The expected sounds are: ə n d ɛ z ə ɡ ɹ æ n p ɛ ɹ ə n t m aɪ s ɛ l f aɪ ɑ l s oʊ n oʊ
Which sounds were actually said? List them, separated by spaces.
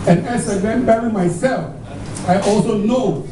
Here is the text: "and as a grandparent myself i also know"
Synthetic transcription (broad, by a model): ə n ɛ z ə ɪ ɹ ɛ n b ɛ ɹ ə m aɪ s ɛ l f aɪ ɑ l s oʊ n oʊ